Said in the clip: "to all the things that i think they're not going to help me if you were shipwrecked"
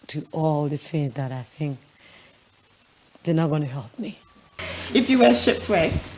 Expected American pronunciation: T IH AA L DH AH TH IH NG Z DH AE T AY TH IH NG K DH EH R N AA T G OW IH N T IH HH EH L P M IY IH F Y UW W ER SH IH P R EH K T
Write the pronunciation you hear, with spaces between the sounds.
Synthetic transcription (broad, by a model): T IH AA L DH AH TH IH NG Z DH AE T AY TH IH NG K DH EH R N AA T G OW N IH HH EH L P M IY IH F Y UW W ER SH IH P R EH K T